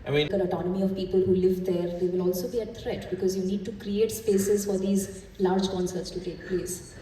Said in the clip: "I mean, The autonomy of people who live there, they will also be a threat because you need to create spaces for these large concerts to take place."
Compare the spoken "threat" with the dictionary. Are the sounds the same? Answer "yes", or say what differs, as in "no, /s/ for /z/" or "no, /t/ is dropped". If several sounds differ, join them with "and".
no, /t/ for /θ/